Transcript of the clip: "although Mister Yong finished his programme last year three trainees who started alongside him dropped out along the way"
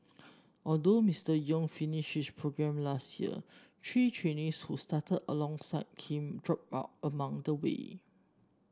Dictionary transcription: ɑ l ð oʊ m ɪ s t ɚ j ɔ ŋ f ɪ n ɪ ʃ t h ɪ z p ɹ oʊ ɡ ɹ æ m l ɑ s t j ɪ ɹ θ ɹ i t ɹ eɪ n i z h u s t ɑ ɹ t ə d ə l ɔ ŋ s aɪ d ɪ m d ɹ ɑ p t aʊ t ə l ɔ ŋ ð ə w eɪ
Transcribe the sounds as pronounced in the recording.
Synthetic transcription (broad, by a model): ɑ l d oʊ m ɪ s t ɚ j ɔ ŋ f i n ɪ ʃ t h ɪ s p ɹ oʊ ɡ ɹ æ m l ɑ s t j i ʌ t ɹ i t ɹ eɪ n i s h u s t ɑ t ə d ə l ɔ ŋ s aɪ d ɪ m d ɹ ɑ p aʊ t ə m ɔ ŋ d ə w eɪ